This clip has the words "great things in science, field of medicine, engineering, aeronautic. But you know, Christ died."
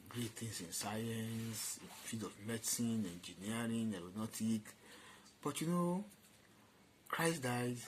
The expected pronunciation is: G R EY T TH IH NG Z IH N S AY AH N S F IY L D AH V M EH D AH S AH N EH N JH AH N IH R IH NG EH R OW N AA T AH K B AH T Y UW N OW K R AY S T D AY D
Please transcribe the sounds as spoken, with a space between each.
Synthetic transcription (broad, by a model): G R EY T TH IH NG S IH N S AY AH N S F IY D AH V M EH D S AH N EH N JH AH N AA R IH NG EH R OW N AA T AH K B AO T Y UW N OW K R AY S D AY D